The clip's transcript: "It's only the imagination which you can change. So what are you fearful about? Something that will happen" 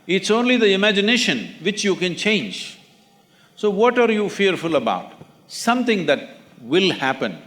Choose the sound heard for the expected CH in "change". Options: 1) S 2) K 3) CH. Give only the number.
3